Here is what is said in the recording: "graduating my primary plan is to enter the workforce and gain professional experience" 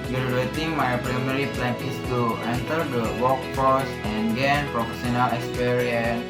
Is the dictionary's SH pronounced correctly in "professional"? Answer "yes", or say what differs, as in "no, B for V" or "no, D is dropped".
no, S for SH